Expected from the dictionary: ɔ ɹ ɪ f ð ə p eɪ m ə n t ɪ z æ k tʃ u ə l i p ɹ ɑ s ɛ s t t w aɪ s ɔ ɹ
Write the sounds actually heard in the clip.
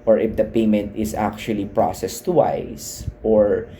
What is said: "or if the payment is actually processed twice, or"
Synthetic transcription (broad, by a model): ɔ ɹ ɪ f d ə p eɪ m ə n t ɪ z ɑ k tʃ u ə l i p ɹ ɑ s ɛ s t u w aɪ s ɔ ɹ